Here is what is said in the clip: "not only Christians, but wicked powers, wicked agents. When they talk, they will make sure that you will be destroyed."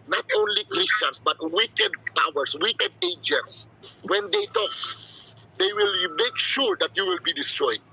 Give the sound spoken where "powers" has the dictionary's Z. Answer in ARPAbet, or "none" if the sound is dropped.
S